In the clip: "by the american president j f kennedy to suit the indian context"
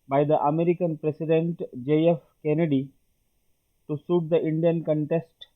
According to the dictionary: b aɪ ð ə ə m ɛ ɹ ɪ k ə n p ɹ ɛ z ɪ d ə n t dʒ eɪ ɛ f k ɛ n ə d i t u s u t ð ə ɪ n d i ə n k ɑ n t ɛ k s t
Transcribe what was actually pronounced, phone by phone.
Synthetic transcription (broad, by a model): b aɪ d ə ə m ɛ ɹ ɪ k ə n p ɹ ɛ s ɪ d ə n t dʒ eɪ ɛ f k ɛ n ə d i t u s u t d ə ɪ n d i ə n k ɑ n t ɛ s t